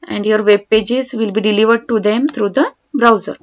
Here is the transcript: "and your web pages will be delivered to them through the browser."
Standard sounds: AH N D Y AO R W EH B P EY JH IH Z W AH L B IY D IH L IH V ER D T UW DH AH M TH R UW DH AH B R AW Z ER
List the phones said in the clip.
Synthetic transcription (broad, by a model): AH N D Y AO R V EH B P EY JH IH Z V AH L B IY D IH L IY V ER D T UW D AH M T R UW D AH B R AW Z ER